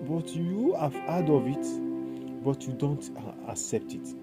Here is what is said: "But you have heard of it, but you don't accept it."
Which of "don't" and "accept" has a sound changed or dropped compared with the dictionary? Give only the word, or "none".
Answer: none